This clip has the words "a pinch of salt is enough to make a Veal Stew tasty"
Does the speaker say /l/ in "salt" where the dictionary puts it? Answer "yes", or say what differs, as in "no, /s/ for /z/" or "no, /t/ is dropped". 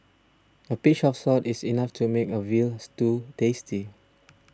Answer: no, /l/ is dropped